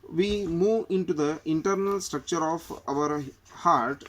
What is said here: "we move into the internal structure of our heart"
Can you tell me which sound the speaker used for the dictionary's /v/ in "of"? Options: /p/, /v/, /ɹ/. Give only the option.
/v/